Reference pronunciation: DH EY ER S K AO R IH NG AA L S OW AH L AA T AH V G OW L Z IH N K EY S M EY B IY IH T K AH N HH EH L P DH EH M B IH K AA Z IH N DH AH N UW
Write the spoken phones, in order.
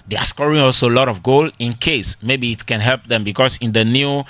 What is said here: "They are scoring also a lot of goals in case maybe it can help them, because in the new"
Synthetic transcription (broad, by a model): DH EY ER S K AO R IH NG AA L S OW AH L AA T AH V G OW L IH N K EY S M EY B IY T K AH N HH EH L P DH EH M B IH K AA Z IH N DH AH N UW